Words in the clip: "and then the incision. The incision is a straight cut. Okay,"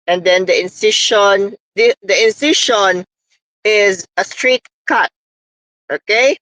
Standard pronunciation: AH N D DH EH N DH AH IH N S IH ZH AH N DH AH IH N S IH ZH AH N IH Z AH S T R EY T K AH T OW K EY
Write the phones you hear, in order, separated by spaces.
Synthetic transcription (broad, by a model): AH N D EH N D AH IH N S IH SH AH N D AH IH N S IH SH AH N IH Z AH S T R EY T K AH T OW K EY